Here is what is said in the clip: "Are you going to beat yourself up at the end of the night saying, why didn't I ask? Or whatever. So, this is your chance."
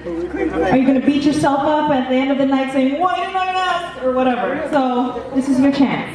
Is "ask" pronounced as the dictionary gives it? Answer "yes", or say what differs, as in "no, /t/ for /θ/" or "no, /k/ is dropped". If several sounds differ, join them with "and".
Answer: no, /k/ is dropped